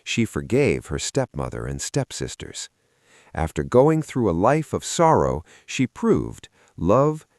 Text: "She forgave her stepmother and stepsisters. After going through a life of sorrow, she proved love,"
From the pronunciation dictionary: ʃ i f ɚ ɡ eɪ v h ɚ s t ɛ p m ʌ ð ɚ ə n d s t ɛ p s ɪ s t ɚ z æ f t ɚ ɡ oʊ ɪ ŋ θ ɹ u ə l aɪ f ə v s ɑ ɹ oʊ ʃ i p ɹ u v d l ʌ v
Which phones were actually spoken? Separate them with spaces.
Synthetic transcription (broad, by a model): ʃ i f ɚ ɡ eɪ v h ɚ s t ɛ p m ʌ ð ɚ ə n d s t ɛ p s ɪ s t ɚ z æ f t ɚ ɡ oʊ ɪ ŋ θ ɹ u ə l aɪ f ə v s ɑ ɹ oʊ ʃ i p ɹ u v d l ʌ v